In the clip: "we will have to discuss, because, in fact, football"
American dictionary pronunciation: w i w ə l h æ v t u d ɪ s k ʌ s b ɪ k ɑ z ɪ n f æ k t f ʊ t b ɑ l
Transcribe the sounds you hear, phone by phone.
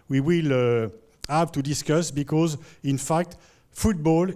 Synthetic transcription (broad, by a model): w i w ə l h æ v t u d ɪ s k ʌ s b ɪ k ɑ z ɪ n f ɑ k t f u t b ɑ l